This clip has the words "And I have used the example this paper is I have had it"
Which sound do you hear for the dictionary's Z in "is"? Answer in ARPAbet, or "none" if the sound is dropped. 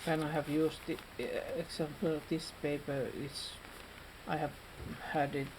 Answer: S